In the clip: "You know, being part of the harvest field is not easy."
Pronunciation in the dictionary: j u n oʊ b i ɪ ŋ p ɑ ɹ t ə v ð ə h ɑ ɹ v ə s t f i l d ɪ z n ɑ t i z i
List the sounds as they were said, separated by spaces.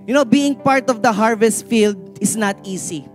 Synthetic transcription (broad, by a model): j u n oʊ b i ɪ ŋ p ɑ ɹ t ə v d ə h ɑ ɹ v ə s t f i l d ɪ s n ɑ t i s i